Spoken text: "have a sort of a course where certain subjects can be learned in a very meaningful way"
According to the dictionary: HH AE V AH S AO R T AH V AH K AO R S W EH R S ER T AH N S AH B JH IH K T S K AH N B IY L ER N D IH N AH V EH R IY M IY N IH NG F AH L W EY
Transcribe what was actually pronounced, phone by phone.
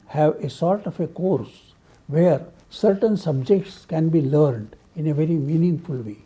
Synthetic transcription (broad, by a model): HH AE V AH S AO R T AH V AH K AO R S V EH R S ER T AH N S AH B JH IH K T S K AH N B IY L ER N D IH N AH V EH R IY M IY N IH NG F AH L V EY